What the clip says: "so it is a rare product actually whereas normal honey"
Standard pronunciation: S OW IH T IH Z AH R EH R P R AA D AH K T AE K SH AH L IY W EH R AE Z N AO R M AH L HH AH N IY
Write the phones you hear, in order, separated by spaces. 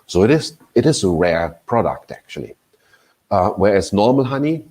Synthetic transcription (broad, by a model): S OW IH T IH Z AH R EH R P R AA D AH K T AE K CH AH L IY W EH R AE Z N AO R M AH L HH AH N IY